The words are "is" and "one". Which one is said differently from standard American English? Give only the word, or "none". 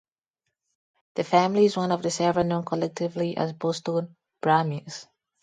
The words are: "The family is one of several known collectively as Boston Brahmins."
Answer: none